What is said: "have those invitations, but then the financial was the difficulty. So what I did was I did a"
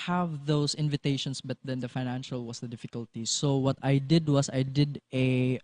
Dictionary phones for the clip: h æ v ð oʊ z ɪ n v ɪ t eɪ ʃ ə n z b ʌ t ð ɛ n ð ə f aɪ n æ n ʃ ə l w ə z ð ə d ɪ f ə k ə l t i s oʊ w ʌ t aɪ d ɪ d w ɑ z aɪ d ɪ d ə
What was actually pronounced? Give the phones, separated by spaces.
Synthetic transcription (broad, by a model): h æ v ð oʊ s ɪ n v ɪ t eɪ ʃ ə n s b ʌ t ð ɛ n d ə f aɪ n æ n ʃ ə l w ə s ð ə d ɪ f ə k ə l t i s oʊ w ʌ t aɪ d ɪ d w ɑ s aɪ d ɪ d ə